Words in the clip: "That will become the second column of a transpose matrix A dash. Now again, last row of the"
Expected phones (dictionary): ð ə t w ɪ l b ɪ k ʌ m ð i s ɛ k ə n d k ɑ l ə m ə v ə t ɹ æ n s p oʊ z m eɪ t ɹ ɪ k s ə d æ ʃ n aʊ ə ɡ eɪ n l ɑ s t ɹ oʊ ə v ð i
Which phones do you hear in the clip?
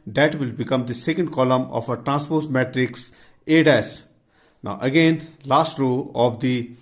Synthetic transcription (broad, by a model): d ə t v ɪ l b ɪ k ʌ m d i s ɛ k ə n d k ɑ l ə m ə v ə t ɹ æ n s p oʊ s m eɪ t ɹ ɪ k s ə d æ s n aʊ ə ɡ eɪ n l ɑ s t ɹ oʊ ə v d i